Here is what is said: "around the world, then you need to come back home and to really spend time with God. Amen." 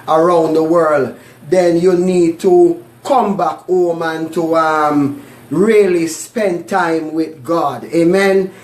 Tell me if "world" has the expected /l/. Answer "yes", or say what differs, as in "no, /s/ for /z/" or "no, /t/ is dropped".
yes